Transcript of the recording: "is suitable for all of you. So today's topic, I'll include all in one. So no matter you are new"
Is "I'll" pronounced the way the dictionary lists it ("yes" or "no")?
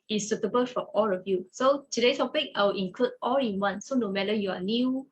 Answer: no